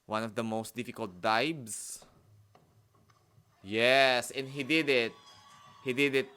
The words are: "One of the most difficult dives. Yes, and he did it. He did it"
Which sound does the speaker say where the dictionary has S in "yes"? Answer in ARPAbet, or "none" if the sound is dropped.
S